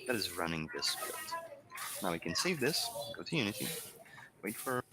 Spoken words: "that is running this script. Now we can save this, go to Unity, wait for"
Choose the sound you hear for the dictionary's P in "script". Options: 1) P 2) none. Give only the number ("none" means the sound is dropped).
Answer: 2